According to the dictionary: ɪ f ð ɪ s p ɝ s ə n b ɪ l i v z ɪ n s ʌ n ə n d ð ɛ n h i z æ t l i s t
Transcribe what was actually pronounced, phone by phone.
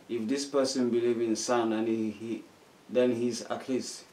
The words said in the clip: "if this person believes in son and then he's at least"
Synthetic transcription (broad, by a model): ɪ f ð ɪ s p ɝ s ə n b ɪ l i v ɪ n s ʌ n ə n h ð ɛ n h i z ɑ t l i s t